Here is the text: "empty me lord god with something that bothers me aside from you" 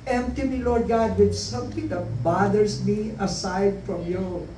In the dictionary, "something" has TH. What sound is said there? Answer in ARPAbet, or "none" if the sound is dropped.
T